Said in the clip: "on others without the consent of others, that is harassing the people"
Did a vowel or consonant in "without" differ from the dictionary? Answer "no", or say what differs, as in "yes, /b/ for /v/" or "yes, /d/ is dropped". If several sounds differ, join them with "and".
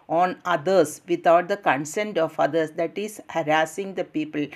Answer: yes, /t/ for /θ/